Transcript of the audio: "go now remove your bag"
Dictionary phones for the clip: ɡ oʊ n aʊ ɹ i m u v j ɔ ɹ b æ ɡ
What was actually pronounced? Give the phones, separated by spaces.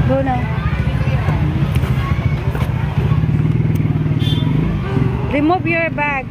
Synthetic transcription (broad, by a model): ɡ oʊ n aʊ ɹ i m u b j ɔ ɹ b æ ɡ